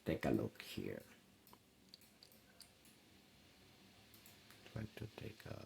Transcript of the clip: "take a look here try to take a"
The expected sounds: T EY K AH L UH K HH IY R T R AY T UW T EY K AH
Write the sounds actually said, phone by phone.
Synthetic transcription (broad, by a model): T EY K AH L UH K HH IY R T W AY T UW T EY K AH